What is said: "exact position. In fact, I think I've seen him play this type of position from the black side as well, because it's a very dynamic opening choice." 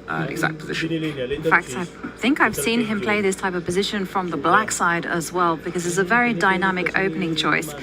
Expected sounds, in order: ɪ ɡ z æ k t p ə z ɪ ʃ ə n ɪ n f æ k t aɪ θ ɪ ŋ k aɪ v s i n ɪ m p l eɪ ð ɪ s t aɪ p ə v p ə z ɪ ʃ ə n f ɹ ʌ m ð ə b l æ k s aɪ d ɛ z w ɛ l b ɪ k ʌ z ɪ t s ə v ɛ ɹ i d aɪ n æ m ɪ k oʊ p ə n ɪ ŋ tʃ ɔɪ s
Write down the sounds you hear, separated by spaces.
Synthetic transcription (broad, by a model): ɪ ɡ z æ k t p ə z ɪ ʃ ə n ɪ n f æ k t aɪ θ ɪ ŋ k aɪ v s i n ɪ m p l eɪ ð ɪ s t aɪ p ə v p ə z ɪ ʃ ə n f ɹ ʌ m ð ə b l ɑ k s aɪ d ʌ z w ɛ l b ɪ k ʌ z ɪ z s ə v ɛ ɹ i d aɪ n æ m ɪ k oʊ p ə n ɪ ŋ tʃ ɔɪ s